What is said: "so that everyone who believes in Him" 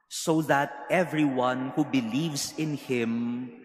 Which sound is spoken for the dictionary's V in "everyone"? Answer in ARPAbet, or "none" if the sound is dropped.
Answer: V